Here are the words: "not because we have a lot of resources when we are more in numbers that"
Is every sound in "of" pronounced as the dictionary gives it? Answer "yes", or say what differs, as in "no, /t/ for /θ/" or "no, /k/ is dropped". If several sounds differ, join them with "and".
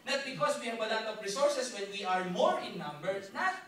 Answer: no, /p/ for /v/